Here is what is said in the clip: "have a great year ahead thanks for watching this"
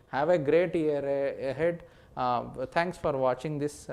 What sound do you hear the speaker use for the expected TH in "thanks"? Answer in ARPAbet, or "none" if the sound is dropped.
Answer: T